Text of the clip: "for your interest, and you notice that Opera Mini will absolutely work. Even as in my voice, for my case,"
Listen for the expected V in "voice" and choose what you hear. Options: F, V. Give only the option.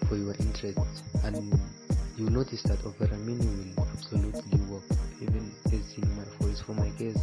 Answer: F